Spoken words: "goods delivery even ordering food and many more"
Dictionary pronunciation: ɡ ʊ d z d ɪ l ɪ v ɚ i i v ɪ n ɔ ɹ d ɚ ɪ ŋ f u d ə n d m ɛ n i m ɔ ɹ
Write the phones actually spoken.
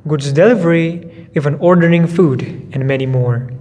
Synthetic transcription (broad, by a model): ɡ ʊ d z d ɪ l ɪ v ɚ i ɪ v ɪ n ɔ ɹ d ɚ ɪ ŋ f u d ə n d m ɛ n i m ɔ ɹ